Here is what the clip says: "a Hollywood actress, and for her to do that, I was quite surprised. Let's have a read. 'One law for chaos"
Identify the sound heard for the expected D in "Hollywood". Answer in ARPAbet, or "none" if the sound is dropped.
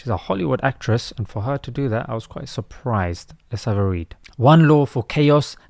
D